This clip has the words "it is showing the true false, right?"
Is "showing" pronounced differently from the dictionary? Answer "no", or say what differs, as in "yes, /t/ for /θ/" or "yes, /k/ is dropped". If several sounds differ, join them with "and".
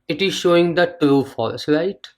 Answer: no